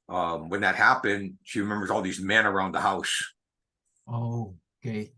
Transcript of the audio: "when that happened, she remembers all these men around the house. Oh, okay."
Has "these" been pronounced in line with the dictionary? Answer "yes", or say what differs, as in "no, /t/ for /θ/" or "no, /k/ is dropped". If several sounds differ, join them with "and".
yes